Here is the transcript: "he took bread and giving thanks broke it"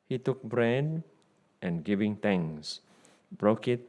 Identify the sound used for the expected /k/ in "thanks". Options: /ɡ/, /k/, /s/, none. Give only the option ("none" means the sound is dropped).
none